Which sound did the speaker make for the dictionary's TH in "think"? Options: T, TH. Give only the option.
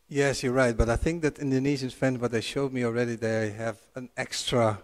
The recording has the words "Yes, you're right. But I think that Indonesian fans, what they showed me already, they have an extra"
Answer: TH